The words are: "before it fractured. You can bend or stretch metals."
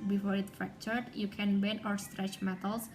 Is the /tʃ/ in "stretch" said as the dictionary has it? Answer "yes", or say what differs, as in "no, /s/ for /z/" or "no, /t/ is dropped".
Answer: yes